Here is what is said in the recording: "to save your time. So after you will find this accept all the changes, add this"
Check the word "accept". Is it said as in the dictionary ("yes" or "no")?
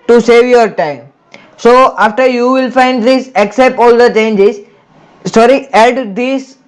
yes